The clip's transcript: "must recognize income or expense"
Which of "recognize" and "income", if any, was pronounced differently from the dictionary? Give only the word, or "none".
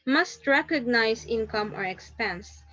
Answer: recognize